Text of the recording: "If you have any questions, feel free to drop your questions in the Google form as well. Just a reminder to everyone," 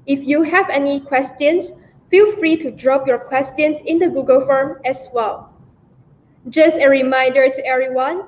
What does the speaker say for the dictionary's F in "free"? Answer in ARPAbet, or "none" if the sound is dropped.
F